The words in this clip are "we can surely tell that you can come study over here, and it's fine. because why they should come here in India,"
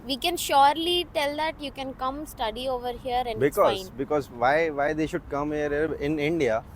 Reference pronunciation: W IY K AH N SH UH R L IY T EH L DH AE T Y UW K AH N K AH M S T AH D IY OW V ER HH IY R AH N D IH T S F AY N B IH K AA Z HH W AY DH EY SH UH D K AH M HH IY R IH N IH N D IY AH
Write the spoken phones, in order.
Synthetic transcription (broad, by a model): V IY K AH N SH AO R L IY T EH L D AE T Y UW K AH N K AH M S T AH D IY OW V ER HH IY R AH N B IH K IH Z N B IH K AA Z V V AY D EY SH UH D K AH M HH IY R IH N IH N D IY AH